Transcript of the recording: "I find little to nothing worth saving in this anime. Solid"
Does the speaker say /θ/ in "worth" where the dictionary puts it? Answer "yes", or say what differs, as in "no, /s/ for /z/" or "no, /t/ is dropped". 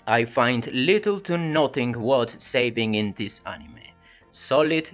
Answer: no, /t/ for /θ/